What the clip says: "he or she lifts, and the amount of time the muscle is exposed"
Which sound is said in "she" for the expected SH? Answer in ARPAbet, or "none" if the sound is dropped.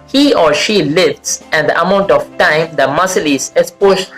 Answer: SH